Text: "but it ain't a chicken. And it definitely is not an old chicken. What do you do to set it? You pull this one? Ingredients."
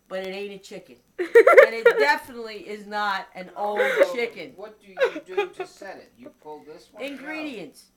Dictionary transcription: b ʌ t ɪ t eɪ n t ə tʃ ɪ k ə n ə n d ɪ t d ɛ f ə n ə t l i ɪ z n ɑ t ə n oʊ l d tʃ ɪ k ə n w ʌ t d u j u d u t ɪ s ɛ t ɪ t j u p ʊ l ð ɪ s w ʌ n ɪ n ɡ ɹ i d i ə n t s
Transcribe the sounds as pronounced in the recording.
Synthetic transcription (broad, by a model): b ʌ t ɪ t eɪ t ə tʃ ɪ k ə n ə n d ɪ t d ɛ f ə n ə t l i ɪ z n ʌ t ə n oʊ l d tʃ ɪ k ə n w ʌ t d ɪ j d t ɪ s ɛ t ɪ t j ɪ p ʊ l ð ɪ s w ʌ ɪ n ɡ ɹ i d i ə n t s